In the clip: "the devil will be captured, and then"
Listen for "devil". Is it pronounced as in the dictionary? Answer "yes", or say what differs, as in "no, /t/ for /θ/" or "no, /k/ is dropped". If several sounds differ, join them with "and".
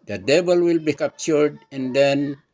no, /b/ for /v/